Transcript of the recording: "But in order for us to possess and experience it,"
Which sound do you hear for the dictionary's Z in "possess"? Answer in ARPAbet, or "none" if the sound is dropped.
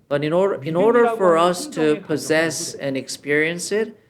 Z